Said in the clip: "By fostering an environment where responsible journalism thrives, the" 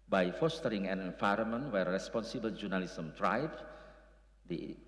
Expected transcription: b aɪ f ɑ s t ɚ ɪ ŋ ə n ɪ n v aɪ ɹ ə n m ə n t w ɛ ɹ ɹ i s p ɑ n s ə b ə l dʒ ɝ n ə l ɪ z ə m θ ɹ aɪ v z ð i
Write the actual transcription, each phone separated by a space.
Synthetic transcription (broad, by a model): b aɪ f ɑ s t ɚ ɪ ŋ ə n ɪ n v aɪ ɹ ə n m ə n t w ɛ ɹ ɹ i s p ɑ n s ə b ə l dʒ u n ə l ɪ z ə m t ɹ aɪ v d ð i